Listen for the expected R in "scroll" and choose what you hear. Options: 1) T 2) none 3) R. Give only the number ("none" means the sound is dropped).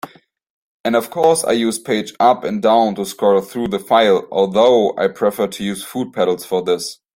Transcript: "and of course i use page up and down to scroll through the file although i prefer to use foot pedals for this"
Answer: 2